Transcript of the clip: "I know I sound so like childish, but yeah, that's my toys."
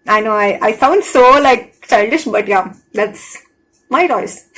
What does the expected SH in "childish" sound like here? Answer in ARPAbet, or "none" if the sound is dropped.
SH